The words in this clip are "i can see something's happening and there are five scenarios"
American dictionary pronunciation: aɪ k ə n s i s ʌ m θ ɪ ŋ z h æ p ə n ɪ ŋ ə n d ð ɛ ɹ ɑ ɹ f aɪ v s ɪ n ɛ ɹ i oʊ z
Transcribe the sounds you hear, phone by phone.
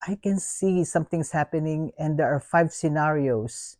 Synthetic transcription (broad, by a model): aɪ k ə n s i s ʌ m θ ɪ ŋ s h æ p ə n ɪ ŋ ə n d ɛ ɹ ɑ ɹ f aɪ v s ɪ n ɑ ɹ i oʊ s